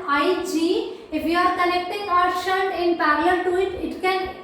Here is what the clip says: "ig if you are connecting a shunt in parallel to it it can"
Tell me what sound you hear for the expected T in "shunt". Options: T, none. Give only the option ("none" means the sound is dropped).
none